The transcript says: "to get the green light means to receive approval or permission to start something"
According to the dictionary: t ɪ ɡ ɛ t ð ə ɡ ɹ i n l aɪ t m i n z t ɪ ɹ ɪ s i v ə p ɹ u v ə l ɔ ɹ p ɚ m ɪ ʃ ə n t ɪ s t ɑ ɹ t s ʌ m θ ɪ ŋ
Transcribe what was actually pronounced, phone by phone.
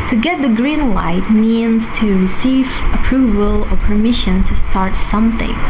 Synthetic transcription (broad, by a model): t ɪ ɡ ɛ t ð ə ɡ ɹ i n l aɪ t m i n z t ɪ ɹ ɪ s i v ə p ɹ u v ə l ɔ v p ɚ m ɪ ʃ ə n t ɪ s t ɑ ɹ t s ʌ m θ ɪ ŋ